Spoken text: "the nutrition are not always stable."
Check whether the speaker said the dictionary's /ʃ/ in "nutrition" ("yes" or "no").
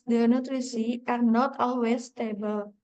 no